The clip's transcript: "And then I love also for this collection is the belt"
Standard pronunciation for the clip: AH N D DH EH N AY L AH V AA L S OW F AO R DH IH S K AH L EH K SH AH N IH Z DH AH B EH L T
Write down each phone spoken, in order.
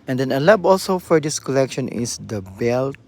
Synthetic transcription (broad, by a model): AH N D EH N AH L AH B AA L S OW F AO R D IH S K AH L EH K SH AH N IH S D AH B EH L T